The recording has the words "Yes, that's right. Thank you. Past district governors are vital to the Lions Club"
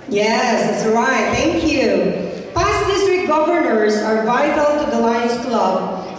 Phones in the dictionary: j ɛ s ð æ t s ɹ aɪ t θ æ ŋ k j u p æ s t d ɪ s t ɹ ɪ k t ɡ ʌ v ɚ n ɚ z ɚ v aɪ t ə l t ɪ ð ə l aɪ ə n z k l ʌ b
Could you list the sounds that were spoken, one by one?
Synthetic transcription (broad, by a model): j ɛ s ð æ t s ɹ aɪ t θ æ ŋ k j u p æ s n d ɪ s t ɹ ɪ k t ɡ ʌ v ɚ n ɚ z ɚ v aɪ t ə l t ɪ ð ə l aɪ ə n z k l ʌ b